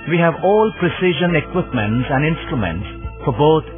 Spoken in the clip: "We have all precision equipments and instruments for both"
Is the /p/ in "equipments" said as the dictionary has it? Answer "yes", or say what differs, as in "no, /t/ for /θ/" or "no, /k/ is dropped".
yes